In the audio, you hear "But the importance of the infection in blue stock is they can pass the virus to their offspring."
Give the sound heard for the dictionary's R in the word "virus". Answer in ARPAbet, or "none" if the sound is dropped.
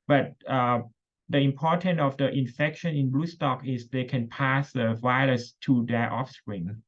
L